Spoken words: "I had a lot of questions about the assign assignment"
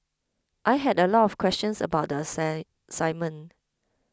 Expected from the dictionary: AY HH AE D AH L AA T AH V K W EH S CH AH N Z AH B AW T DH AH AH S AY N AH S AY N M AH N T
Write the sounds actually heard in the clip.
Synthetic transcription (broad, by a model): AY HH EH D AH L AA T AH F K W EH S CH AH N S AH B AW T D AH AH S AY AH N M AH N